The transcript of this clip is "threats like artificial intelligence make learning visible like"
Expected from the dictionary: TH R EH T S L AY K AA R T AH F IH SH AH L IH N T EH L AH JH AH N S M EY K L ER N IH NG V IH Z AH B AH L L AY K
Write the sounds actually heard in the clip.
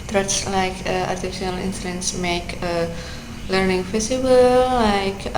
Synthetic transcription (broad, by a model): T R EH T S L AY K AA R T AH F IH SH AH L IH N S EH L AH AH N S M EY K L ER N IH NG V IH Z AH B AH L L AY K